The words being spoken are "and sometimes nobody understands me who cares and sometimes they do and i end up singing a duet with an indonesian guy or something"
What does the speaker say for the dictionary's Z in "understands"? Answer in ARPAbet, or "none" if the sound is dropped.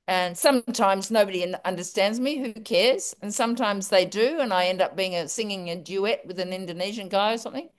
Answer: Z